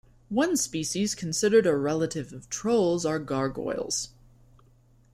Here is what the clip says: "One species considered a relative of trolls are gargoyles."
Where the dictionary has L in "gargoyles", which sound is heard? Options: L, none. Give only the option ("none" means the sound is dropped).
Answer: L